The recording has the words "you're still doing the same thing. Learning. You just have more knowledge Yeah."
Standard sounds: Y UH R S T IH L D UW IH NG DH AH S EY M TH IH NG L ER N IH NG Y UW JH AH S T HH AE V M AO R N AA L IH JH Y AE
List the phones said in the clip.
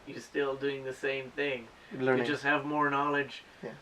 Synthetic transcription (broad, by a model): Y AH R S T IH L D UW IH NG DH AH S EY M TH IH NG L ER IH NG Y JH AH S T HH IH V M AO R N AA L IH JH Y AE